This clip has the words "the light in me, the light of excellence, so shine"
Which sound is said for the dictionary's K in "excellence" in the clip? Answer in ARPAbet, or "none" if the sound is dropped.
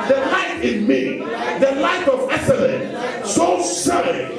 none